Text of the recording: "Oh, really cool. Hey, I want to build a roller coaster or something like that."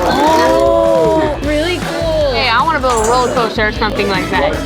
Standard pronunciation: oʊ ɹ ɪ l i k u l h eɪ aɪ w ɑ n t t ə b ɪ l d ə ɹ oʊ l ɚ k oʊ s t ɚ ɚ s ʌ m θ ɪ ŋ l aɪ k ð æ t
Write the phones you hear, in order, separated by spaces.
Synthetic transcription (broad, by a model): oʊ ɹ ɪ l i k u l h eɪ aɪ w ɑ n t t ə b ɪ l ə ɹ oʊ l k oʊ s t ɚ ɚ s ʌ m θ ɪ ŋ l aɪ k ð æ t